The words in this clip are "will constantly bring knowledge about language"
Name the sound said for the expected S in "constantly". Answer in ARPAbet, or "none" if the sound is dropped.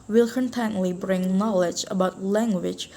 none